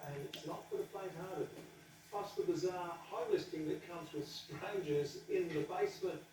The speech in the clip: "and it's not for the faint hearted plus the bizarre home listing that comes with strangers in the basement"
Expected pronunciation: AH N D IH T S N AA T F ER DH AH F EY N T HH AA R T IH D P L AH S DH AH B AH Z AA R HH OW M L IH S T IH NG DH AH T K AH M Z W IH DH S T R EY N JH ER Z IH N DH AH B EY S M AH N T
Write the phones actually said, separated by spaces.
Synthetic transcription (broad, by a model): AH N IH T S N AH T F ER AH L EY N HH AA R T IH D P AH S DH AH B AH Z AA R HH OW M L IH S T IH NG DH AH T K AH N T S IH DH S T R EY N JH ER Z IH N DH AH B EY S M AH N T